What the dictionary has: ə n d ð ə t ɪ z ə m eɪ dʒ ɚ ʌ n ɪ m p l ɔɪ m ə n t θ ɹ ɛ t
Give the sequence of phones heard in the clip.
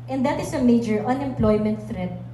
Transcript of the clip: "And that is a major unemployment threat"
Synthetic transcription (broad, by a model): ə n d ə t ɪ s ə m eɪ dʒ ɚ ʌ n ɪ m p l ɔɪ m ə n t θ ɹ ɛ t